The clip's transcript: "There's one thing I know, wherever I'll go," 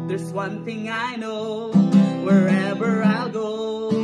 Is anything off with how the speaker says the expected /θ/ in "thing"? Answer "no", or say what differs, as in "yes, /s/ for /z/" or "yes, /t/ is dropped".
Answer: no